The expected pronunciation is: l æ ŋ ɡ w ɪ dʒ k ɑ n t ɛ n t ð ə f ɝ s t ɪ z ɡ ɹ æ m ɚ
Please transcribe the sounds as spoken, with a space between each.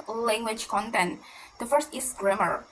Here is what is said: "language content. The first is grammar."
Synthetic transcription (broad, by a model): l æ ŋ ɡ w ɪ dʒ k ɑ n t ɛ n t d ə f ɝ s t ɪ s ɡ ɹ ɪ m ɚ